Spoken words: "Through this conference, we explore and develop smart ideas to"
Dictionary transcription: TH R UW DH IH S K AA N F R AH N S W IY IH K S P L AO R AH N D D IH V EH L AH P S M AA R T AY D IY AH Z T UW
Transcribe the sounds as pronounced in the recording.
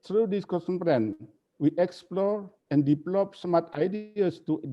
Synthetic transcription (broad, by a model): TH R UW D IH S K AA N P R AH N W IY IH K S P L AO R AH N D D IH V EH L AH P S M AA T AY D IY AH S T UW